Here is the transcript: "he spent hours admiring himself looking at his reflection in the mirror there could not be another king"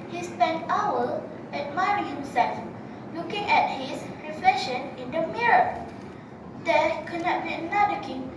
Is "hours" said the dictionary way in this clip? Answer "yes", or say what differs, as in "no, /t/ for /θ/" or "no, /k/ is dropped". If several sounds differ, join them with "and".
no, /z/ is dropped